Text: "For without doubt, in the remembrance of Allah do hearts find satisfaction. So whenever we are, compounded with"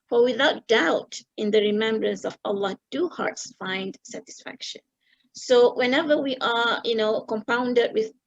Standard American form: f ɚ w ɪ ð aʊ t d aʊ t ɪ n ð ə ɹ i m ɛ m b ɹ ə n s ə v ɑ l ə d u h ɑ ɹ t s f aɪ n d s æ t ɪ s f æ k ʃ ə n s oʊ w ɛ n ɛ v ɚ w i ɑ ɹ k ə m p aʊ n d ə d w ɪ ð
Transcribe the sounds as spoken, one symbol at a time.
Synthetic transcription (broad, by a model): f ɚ w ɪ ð aʊ t d aʊ t ɪ n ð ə ɹ i m ɛ m b ɹ ə n s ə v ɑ l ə d u h ɑ ɹ t s f aɪ n d s æ t ɪ s f æ k ʃ ə n s oʊ w ɛ n ɛ v ɚ w i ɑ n k ə m p aʊ n d ə d w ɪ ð